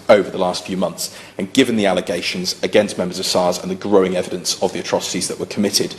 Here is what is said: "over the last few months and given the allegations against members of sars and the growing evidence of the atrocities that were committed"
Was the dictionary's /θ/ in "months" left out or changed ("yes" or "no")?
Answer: no